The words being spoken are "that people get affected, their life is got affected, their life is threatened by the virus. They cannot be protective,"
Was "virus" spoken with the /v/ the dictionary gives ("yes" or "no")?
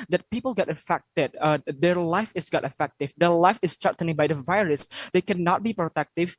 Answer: yes